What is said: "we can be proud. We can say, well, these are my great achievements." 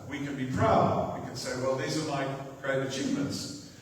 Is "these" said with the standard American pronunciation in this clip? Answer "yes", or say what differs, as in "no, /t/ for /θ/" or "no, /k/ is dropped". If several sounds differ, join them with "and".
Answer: yes